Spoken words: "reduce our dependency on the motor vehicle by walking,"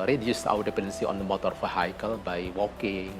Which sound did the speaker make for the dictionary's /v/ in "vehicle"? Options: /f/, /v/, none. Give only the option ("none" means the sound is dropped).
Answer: /f/